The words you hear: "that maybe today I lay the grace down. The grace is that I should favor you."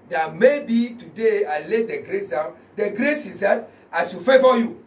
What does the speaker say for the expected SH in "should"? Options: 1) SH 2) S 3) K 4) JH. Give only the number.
2